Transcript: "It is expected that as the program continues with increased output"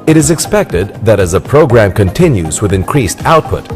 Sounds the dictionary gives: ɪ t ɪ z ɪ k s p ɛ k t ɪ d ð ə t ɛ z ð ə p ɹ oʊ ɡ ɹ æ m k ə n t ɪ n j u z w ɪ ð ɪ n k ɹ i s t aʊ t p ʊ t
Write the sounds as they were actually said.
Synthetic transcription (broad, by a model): ɪ t ɪ z ɪ k s p ɛ k t ɪ d ð ə t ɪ z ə p ɹ oʊ ɡ ɹ æ m k ə n t ɪ n j u z w ɪ ð ɪ n k ɹ i s t aʊ t p ʊ t